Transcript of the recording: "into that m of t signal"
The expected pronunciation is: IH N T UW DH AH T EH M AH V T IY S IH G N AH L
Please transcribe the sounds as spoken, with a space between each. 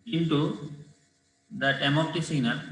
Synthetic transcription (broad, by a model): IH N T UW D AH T EH M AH P T IY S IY N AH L